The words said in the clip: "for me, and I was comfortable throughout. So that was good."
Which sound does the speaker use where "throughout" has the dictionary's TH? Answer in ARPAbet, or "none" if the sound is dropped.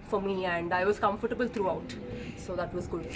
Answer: T